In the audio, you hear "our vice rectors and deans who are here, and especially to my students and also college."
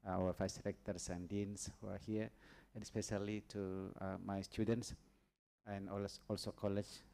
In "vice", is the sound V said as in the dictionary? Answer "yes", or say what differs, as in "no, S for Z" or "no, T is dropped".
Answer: no, F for V